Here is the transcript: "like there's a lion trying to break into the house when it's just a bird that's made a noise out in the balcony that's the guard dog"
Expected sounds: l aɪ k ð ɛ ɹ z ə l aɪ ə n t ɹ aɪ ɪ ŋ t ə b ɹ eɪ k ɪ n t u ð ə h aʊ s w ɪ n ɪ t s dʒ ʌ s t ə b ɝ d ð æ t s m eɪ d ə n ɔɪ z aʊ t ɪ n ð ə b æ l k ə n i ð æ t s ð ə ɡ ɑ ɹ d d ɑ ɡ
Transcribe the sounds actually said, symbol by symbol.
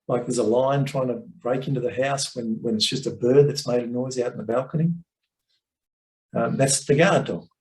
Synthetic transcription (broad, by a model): l aɪ k ð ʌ ɹ z ə l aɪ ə n t ɹ aɪ ɪ ŋ t ə b ɹ eɪ k ɪ n t u ð ə h aʊ s w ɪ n ɪ t s dʒ ʌ s t ə b ɝ d ð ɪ t s m eɪ d ə n ɔɪ z aʊ t n ð ə b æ l k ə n i ð æ t s ð ə ɡ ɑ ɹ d d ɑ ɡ